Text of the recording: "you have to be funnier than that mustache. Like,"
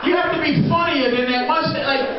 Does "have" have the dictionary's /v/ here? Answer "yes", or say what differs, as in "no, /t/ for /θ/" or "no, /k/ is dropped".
no, /f/ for /v/